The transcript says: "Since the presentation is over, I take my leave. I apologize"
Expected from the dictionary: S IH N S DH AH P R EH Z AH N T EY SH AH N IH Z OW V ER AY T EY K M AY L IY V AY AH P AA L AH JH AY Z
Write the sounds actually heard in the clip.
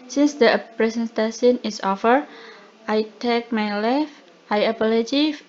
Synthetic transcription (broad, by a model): S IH N S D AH P R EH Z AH N T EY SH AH N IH S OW F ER AY T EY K M AY L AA F AY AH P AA L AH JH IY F